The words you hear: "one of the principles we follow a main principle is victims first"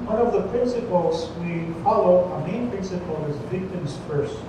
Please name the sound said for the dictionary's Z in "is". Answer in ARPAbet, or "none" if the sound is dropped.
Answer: Z